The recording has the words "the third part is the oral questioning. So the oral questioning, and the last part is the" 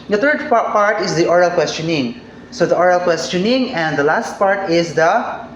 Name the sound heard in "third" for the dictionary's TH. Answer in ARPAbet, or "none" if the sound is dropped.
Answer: T